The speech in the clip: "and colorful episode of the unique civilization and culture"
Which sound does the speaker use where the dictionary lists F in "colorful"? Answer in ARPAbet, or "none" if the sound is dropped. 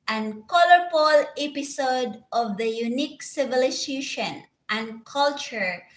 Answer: P